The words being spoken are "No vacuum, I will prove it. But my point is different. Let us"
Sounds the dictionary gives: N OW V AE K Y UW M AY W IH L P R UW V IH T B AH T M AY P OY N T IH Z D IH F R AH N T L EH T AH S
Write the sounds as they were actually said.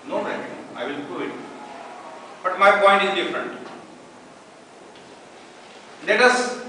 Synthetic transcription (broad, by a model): N OW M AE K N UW AY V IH L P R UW IH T B AH T M AY P OY N T IH Z D IH F R AH N T L EH T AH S